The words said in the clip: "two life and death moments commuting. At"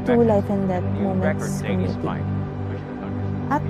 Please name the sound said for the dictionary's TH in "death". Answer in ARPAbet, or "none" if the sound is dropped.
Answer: T